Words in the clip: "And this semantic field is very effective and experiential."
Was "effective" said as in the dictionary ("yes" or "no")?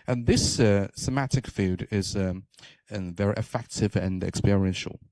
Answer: yes